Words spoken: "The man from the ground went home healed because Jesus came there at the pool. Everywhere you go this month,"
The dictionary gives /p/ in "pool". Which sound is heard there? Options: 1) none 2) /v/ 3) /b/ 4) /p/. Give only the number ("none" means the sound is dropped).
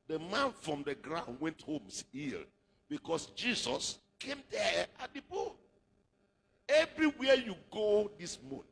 3